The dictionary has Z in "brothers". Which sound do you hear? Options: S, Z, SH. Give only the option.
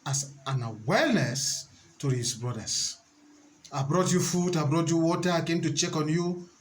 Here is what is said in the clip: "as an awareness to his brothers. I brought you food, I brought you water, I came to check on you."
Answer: S